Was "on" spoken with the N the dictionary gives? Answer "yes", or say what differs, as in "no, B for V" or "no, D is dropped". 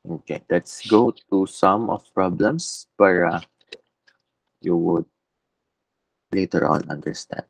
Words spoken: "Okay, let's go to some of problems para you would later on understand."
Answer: no, L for N